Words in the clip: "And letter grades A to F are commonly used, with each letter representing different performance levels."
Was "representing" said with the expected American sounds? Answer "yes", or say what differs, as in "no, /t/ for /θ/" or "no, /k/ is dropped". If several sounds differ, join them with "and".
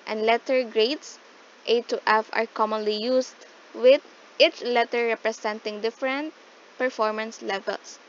no, /s/ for /z/